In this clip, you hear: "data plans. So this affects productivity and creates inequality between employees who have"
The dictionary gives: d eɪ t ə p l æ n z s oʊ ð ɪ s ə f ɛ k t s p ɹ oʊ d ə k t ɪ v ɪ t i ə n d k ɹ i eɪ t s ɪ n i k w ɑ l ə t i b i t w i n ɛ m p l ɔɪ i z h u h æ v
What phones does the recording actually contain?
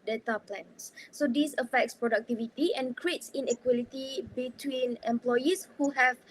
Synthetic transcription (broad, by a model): d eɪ t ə p l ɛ n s s oʊ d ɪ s ə f ɛ k t s p ɹ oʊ d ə k t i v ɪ t i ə n k ɹ i eɪ t s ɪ n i k w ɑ l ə t i b i t w i n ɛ m p l ɔɪ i s h u h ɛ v